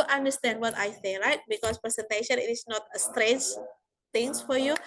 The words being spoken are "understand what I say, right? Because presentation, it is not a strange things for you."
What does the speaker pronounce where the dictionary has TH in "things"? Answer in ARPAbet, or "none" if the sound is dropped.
T